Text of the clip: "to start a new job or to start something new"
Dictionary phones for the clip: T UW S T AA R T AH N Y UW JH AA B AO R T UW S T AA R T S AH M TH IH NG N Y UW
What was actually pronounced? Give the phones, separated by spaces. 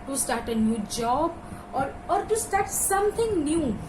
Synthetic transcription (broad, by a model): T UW S T AA R T AH N Y UW JH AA B AO R T UW S T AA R T S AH M T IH NG N Y UW